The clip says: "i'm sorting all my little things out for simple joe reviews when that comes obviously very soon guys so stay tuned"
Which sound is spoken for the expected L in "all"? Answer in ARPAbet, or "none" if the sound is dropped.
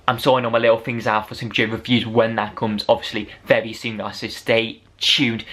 N